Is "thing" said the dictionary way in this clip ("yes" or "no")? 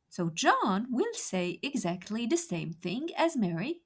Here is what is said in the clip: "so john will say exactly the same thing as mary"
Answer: yes